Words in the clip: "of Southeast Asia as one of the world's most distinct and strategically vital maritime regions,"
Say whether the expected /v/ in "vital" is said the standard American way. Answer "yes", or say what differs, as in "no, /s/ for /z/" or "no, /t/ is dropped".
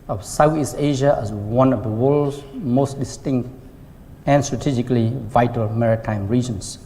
yes